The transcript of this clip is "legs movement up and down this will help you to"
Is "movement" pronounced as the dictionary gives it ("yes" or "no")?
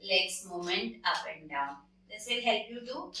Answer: no